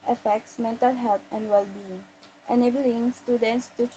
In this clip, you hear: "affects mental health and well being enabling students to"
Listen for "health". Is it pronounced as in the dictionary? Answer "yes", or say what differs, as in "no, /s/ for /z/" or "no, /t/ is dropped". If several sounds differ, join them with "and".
no, /t/ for /θ/